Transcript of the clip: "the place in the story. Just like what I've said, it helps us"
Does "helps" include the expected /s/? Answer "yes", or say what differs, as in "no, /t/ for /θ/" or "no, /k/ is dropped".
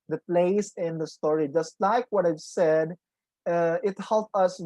no, /s/ is dropped